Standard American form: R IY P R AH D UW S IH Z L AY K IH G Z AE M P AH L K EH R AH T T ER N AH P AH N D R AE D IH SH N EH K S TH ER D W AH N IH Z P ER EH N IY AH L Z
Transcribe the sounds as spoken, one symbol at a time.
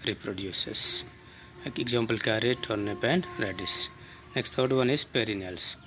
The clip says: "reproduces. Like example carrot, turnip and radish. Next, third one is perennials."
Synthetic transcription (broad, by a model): R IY P R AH D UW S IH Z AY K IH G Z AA M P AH L K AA R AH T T N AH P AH N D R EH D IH S N EH K S T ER D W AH N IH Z P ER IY N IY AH L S